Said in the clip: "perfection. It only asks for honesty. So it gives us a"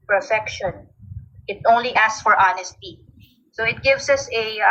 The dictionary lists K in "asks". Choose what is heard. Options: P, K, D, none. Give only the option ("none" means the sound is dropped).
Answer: none